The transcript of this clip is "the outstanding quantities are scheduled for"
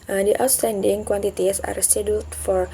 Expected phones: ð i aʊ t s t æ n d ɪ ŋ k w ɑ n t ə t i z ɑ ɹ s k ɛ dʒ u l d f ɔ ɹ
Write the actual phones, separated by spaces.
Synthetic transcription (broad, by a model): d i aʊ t s t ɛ n d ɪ ŋ k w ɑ n t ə t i s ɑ ɹ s ɛ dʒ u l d f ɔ ɹ